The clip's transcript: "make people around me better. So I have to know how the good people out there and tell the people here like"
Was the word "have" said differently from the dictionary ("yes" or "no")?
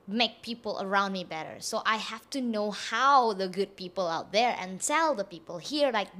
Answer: yes